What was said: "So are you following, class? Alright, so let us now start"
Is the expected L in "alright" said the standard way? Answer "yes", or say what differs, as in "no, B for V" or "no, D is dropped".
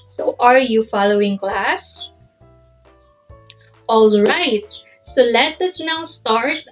yes